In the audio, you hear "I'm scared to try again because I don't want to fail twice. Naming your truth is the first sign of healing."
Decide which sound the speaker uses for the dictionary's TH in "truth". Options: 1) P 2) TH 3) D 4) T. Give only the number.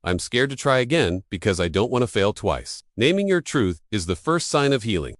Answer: 2